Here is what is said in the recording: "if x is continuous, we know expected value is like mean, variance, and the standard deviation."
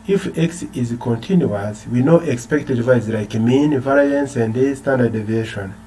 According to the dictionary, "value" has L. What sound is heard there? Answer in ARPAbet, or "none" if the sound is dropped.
none